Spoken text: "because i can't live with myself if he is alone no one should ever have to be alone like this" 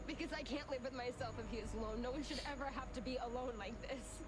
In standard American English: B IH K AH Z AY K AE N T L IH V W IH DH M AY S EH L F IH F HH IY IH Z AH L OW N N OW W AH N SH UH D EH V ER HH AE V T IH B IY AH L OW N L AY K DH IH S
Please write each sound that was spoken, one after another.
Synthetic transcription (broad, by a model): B IH K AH Z AY K AE N T L IH V W IH DH M AY S EH L F IH F HH IY IH Z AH L OW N N OW W AH N SH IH D EH V ER HH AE F T IH B IY AH L OW N L AY K DH IH S